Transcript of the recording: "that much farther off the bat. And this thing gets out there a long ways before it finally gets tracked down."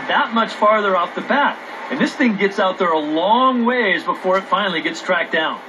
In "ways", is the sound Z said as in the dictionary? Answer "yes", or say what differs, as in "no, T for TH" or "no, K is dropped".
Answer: yes